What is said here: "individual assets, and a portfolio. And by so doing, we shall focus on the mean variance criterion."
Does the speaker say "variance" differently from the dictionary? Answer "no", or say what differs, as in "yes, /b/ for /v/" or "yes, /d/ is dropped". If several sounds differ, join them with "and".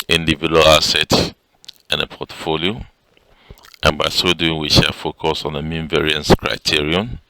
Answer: no